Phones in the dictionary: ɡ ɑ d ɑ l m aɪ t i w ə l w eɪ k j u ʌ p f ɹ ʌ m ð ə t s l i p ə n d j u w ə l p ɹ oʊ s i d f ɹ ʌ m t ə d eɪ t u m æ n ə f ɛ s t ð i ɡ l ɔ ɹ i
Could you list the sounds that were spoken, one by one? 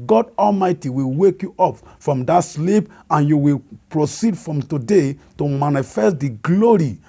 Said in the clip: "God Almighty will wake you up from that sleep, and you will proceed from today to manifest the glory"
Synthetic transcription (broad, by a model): ɡ ɑ d ɑ l m aɪ t i w ə l w eɪ k j u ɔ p f ɹ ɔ m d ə t s l i p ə n j u w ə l p ɹ oʊ s i d f ɹ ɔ m t ə d eɪ t u m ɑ n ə f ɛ s t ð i ɡ l ɔ ɹ i